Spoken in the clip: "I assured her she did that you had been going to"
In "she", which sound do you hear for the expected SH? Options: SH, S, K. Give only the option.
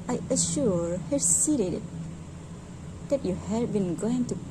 S